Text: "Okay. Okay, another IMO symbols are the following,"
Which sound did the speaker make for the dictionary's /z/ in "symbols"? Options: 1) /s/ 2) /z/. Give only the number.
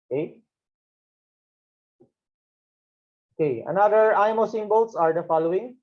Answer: 1